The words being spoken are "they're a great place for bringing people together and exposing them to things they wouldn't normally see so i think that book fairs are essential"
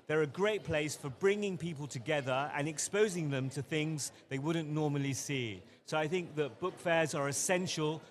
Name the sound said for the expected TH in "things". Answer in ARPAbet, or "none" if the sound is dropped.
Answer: TH